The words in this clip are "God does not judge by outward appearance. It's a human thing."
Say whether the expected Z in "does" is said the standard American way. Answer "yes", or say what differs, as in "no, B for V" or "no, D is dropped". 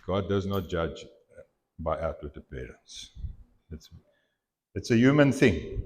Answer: yes